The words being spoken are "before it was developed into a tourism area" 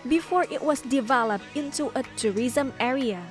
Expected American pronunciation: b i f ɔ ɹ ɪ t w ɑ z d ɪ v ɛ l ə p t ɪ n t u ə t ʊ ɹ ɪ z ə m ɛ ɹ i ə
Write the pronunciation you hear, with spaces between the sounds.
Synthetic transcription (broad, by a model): b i f ɔ ɹ ɪ t w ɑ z d ɪ v ɛ l ə p t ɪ n t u ə t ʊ ɹ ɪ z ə m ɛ ɹ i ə